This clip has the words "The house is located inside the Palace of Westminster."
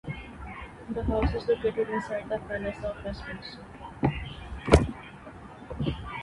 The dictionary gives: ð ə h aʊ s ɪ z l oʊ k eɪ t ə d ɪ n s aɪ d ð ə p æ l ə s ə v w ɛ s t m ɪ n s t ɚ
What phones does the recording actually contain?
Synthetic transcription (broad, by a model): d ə h aʊ s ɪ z l oʊ k eɪ t ə d ɪ n s aɪ d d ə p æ n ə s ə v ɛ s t ɪ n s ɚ